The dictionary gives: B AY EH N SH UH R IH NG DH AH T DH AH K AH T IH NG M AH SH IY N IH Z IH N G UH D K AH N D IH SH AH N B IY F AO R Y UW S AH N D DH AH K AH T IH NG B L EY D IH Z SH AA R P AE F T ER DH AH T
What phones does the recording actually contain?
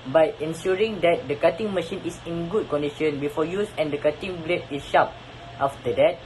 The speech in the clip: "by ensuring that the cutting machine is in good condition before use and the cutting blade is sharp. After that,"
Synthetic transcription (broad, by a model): B AY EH N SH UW R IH NG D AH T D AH K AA T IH NG M AH SH IY N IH S IH N G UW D K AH N D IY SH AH N B IY F AO Y UW S AH N D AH K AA T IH NG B L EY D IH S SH AA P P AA F T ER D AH T